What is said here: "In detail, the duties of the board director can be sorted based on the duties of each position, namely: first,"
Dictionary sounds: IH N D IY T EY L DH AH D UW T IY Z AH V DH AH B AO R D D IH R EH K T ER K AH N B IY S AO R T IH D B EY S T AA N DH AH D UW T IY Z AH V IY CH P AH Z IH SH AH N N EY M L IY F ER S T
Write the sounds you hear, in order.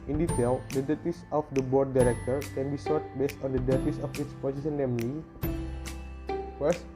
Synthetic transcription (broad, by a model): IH N D IY T EY L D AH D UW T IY S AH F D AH B AO R D D IH R EH K T ER K AH N B IY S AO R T B EY S T AA N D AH D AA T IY S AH F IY S P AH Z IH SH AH N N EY M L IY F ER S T